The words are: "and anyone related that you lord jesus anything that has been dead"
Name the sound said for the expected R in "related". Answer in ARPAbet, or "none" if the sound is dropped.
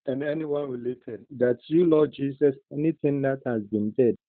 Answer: W